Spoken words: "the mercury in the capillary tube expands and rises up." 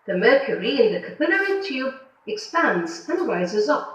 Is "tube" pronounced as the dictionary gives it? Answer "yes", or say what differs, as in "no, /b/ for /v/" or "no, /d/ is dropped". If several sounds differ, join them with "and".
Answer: yes